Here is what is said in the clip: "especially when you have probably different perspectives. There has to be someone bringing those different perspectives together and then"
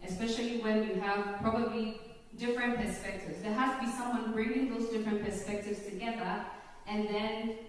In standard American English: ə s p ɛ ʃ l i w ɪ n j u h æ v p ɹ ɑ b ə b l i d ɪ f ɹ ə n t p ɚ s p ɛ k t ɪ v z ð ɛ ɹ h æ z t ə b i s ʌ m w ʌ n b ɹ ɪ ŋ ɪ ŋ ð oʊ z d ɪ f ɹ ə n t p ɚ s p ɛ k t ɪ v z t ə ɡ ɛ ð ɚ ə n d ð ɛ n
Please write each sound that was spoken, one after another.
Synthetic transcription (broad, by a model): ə s p ɛ ʃ l i w ɪ n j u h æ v p ɹ ɑ b ə b l i d ɪ f ɹ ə n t p ɚ s p ɛ k t ɪ v z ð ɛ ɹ h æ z t ə b i s ʌ m w ʌ n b ɹ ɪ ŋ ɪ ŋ ð oʊ z d ɪ f ɹ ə n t p ɚ s p ɛ k t ɪ v z t ə ɡ ɛ ð ɚ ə n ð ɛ n